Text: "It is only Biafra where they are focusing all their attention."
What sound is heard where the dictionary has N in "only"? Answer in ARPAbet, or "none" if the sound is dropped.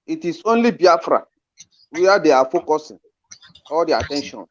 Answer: N